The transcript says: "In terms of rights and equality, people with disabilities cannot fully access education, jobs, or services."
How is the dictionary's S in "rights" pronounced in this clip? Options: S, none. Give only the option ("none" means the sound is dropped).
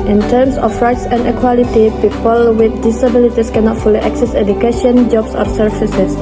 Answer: S